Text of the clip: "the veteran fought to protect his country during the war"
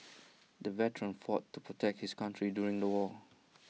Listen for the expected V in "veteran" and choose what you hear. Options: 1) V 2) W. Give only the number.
1